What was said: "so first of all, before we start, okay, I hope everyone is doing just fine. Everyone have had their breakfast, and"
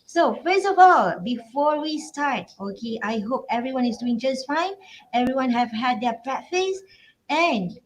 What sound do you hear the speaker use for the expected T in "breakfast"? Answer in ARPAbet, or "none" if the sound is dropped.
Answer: none